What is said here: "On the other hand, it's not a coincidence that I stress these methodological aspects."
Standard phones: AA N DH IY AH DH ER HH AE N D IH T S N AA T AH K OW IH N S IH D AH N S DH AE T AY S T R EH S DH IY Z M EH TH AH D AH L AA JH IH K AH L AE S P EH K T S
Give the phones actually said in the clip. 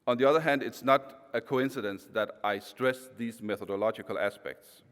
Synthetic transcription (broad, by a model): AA N DH IY AH DH ER HH AE N D IH T S N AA T AH K OW IH N S IH D AH N S DH AE T AY S T R EH S DH IY Z M EH TH AH D AH L AA JH IH K AH L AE S P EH K T S